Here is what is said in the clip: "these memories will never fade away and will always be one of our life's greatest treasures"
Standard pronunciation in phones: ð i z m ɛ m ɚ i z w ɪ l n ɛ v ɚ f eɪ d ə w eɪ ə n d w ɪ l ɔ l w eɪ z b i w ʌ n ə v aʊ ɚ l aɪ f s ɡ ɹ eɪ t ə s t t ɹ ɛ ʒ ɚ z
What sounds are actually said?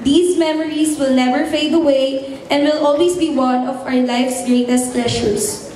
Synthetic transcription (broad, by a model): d i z m ɛ m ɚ i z w ɪ l n ɛ v ɚ f eɪ d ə w eɪ ə n d w ɪ l ɔ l w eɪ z b i w ʌ n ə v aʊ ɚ l aɪ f s ɡ ɹ eɪ t ə s t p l ɛ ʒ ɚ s